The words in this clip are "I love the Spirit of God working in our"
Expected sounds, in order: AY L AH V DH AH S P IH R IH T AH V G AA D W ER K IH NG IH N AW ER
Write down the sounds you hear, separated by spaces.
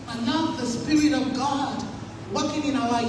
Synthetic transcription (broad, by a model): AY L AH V DH AH S P IH R IH T AH V G AA D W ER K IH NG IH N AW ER